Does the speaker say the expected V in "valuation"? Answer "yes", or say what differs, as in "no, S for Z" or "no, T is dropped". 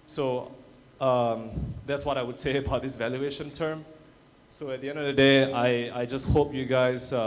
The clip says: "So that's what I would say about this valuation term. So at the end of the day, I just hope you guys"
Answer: yes